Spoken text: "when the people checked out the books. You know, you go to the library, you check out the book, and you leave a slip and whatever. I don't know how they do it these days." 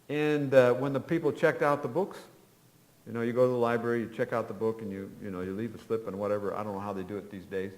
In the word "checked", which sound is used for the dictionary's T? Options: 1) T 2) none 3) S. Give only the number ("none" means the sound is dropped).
1